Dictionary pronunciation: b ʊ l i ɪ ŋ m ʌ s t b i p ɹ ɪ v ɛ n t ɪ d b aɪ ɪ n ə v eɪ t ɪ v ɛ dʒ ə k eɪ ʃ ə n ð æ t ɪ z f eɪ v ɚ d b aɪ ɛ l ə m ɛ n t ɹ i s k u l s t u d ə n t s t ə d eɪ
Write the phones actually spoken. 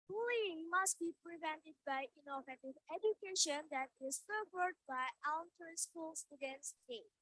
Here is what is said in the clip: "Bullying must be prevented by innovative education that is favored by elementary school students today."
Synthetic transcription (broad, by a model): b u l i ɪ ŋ m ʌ s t b i p ɹ ɪ v ɛ n t ɪ d b aɪ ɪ n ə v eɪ t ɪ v ɛ dʒ ə k eɪ ʃ ə n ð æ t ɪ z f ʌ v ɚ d b aɪ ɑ ə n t i s k u l s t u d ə n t s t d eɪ